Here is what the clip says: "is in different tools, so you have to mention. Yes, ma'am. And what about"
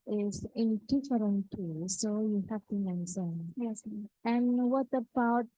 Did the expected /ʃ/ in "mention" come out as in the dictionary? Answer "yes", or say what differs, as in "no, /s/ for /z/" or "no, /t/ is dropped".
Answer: no, /s/ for /ʃ/